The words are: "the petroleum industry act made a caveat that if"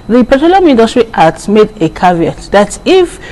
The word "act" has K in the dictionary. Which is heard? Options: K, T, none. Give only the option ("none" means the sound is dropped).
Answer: none